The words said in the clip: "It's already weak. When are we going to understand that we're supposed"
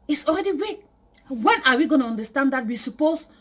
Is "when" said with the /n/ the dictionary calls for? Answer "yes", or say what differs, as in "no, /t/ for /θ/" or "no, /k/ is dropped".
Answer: yes